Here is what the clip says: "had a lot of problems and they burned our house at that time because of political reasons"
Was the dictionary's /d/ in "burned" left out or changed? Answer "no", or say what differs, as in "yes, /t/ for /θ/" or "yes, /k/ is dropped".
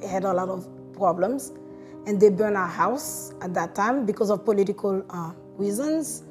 yes, /d/ is dropped